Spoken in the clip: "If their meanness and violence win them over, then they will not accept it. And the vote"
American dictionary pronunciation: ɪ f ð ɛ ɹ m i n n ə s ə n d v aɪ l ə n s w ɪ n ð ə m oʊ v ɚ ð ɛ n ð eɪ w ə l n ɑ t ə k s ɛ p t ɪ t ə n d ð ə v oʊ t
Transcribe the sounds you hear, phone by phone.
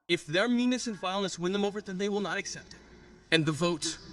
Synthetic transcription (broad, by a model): ɪ f ð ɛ ɹ m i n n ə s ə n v aɪ l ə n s w ɪ n ð ə m oʊ v ɚ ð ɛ n ð eɪ w ə l n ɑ t ə k s ɛ p t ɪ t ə n ð ə v oʊ t